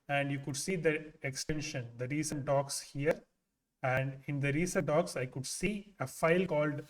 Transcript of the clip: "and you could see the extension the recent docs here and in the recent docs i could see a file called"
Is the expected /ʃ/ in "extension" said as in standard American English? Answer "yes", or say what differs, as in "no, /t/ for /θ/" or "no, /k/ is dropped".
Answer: yes